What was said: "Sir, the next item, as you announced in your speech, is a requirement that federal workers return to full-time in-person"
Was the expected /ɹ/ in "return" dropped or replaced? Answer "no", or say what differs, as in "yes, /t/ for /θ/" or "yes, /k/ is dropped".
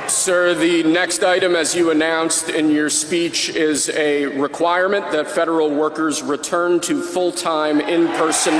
no